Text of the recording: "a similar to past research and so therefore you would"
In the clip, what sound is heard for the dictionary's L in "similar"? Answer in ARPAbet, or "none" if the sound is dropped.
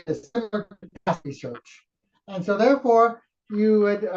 N